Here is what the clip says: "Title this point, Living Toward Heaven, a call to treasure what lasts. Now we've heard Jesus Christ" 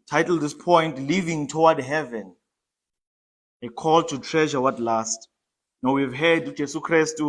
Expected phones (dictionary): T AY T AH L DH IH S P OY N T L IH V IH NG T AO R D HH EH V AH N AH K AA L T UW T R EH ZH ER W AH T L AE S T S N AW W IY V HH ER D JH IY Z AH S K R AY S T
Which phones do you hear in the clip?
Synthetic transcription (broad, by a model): T AY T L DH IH S P OY N T L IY V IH NG T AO W D HH EH V AH N AH K AA L T UW T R EH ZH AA W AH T L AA S T N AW W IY V HH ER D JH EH S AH K R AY S T